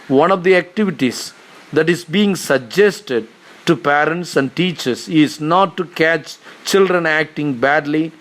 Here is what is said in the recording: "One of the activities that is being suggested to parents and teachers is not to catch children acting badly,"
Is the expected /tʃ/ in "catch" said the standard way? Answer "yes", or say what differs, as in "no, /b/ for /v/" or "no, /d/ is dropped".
yes